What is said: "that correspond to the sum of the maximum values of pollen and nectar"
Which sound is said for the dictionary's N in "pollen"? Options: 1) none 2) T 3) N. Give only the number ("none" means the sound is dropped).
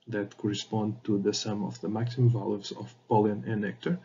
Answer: 1